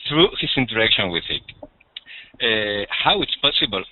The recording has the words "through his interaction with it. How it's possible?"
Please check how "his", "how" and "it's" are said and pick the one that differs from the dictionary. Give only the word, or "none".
his